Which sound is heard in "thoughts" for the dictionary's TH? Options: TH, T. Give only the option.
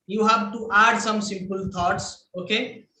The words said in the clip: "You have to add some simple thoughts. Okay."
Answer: T